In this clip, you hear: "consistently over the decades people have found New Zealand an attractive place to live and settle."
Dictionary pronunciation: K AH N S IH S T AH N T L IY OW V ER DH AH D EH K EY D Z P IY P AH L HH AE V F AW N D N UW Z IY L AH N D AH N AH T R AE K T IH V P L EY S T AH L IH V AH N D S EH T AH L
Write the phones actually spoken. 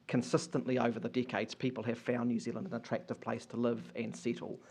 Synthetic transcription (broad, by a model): K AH N S IH S T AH N T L IY OW V ER DH AH D EH K EY D Z P IY P AH L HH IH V F AW N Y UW Z IY L AH N D AH N AH T R AE K T IH V P L EY S T AH L IH V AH N S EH T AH L